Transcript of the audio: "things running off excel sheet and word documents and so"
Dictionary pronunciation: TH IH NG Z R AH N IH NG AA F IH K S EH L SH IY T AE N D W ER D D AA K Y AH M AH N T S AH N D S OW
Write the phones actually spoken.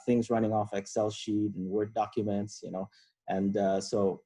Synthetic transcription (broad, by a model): TH IH NG Z R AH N IH NG AA F IH K S EH L SH IY T N W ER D D AA K Y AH M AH N T S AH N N S OW